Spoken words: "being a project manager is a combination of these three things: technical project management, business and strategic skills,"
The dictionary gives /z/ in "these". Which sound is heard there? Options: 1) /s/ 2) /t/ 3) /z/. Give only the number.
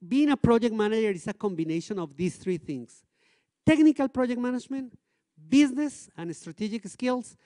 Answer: 1